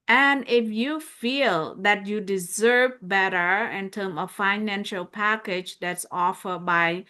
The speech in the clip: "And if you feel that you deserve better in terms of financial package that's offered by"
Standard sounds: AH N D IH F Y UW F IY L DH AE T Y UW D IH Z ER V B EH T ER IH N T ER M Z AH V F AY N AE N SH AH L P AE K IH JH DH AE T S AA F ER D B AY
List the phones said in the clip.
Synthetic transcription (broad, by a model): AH N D IH F Y UW F IY L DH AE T Y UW D IH Z ER V B EH T ER IH N T ER M AH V F AY N AE N SH AH L P AE K IH JH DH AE T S AA F ER D B AY